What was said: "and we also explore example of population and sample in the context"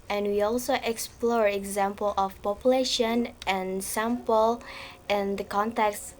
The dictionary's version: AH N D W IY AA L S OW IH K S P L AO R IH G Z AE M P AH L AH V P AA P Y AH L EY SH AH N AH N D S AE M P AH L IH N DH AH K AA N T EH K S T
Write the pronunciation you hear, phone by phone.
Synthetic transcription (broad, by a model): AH N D W IY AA L S OW IH K S P L AO R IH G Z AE M P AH L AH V P AA P Y AH L EY SH AH N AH N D S AE M P AH L IH N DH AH K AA N T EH K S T